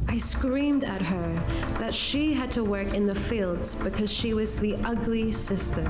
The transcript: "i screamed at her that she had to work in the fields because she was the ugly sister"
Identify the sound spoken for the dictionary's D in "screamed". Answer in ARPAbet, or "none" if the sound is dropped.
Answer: D